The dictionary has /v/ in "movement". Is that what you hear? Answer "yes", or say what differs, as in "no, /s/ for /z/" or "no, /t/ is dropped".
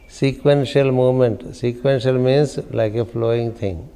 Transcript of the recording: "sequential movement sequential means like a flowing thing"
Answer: no, /v/ is dropped